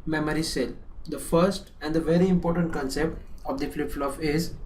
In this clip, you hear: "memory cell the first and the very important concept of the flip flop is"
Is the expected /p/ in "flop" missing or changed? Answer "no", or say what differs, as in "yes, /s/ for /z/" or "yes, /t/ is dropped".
yes, /f/ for /p/